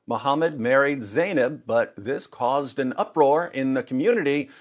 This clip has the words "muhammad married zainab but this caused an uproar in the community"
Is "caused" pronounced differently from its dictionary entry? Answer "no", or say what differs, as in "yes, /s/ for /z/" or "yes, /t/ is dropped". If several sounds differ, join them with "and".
no